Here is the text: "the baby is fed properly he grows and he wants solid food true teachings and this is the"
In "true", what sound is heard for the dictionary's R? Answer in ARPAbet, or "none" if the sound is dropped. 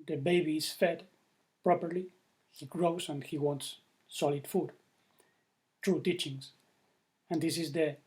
R